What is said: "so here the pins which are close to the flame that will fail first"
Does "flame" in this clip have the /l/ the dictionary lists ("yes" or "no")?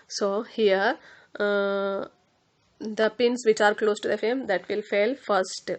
no